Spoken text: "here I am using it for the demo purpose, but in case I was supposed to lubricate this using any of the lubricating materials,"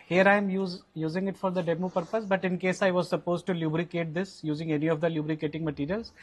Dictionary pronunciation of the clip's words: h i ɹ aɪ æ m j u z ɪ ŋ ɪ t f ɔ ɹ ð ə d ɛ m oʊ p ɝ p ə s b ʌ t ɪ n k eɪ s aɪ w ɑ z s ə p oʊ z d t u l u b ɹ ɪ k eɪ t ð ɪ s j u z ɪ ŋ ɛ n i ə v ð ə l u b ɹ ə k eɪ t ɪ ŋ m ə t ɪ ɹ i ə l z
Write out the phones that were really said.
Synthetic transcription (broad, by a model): h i ɹ aɪ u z j u z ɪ ŋ ɪ t f ɔ ɹ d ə d ɛ m oʊ p ɝ p ə s b ʌ t ɪ n k eɪ s aɪ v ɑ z s ə p oʊ z d t u l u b ɹ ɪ k eɪ t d ɪ s j u z ɪ ŋ ɛ n i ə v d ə l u b ɹ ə k eɪ t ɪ ŋ m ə t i ɹ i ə l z